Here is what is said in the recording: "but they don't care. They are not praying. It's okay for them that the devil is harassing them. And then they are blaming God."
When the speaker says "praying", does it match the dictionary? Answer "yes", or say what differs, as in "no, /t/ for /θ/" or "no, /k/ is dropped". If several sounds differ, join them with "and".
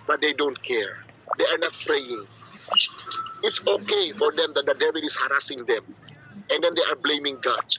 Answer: yes